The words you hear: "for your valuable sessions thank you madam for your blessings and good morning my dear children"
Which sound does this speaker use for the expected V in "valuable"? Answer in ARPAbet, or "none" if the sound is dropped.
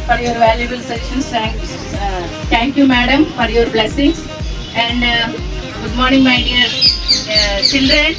V